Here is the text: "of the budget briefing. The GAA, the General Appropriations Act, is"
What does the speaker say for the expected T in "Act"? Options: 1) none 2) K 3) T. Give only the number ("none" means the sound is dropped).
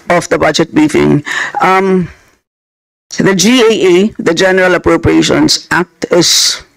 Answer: 3